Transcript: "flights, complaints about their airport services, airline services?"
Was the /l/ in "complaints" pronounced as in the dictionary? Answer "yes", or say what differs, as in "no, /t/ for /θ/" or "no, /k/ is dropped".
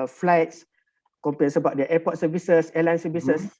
no, /l/ is dropped